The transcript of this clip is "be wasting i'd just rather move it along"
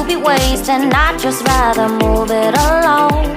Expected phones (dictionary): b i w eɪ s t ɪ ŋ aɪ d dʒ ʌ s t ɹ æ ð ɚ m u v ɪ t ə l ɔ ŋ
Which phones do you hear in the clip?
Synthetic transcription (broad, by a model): b i w eɪ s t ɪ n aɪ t dʒ ʌ s t ɹ æ ð ɚ m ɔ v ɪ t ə l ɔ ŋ